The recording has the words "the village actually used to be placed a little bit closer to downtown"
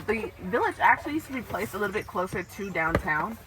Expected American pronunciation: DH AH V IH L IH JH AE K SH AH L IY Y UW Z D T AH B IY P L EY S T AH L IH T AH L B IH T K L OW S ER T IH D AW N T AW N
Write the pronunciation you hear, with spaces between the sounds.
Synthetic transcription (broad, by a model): DH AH V IH L IH JH AE K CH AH L IY Y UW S T AH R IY P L EY S AH L IH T L B IH T K L OW S ER T IH D AW N T AW N